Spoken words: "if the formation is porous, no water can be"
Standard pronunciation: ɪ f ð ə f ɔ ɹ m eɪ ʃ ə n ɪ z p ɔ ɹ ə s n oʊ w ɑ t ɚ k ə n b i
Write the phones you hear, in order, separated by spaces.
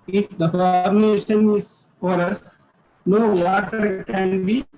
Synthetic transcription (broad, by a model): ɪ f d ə f ɔ ɹ m eɪ ʃ ə n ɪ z f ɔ ɹ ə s n oʊ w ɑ t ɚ k ə n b i